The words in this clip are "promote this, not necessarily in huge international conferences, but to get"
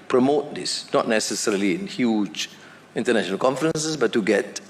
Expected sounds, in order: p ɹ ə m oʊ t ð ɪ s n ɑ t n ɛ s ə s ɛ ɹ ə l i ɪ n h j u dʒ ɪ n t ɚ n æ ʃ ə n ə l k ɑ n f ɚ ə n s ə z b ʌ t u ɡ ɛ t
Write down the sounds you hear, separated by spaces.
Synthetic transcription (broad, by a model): p ɹ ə m oʊ t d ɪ s n ɑ t n ɛ s ə s ɛ ɹ ə l i ɪ n h j u dʒ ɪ n t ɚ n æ ʃ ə n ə l k ɑ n f ɚ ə n s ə s b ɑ t u ɡ ɛ t